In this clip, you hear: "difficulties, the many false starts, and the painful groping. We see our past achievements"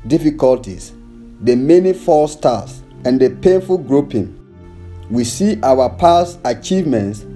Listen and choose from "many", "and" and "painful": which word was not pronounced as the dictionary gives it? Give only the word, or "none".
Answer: none